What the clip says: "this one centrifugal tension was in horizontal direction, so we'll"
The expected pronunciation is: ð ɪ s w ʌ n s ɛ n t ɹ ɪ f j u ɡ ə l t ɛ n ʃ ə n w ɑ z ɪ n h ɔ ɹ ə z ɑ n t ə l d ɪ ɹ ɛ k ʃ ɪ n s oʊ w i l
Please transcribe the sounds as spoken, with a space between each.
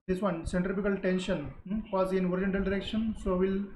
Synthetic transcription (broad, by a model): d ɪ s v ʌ n s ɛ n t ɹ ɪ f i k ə l t ɛ n ʃ ə n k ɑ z ɪ n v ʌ ɹ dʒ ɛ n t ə l d ɪ ɹ ɛ k ʃ ɪ n s oʊ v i l